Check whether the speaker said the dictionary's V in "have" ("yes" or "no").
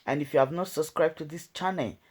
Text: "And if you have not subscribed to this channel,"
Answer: yes